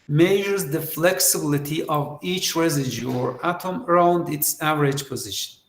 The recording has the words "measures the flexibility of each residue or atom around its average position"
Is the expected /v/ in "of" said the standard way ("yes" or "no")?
yes